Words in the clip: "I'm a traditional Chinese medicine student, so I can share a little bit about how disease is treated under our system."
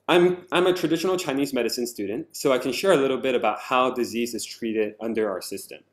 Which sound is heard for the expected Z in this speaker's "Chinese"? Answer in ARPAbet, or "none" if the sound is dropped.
Z